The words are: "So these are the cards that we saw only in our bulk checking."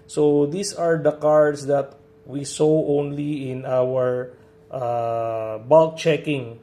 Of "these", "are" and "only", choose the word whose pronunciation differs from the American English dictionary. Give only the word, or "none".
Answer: these